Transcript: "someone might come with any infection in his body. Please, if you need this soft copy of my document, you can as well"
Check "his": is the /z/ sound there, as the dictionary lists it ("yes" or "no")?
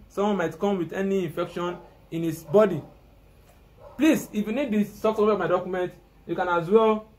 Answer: no